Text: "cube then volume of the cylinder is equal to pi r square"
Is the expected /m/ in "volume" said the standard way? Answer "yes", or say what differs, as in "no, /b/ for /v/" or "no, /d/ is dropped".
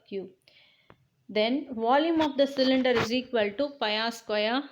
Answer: yes